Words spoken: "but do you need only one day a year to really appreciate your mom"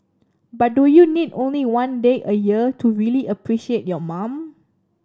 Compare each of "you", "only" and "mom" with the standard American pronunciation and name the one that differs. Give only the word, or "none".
none